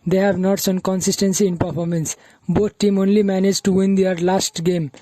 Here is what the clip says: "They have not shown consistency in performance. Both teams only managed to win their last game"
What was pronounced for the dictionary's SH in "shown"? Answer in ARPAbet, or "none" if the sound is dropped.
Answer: S